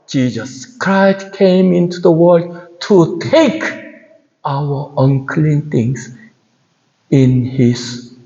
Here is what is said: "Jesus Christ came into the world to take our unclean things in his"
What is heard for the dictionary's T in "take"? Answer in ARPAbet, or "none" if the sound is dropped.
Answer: T